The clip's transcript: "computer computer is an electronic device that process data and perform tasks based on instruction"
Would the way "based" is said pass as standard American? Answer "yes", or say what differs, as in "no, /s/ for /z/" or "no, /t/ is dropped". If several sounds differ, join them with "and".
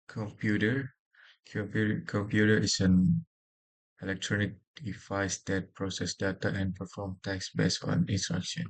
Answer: no, /t/ is dropped